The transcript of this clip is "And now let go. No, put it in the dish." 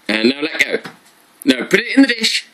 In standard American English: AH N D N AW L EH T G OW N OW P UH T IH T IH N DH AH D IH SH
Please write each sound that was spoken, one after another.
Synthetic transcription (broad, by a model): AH N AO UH L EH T G OW N OW P UH T IH T IH N DH AH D IH SH